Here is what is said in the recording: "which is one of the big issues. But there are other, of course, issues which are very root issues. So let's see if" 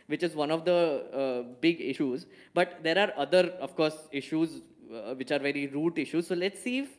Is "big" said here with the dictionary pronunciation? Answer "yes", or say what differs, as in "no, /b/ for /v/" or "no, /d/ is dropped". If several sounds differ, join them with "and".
yes